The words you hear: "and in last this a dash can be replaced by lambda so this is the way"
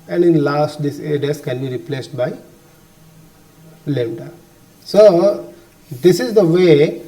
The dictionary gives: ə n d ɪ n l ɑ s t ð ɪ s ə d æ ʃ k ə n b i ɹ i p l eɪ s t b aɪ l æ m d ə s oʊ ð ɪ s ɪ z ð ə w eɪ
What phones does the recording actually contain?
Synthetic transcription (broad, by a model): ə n d ɪ n l ɑ s t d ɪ s ə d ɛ s k ə n b i ɹ i p l eɪ s t b aɪ l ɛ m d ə s oʊ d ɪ s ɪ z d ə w eɪ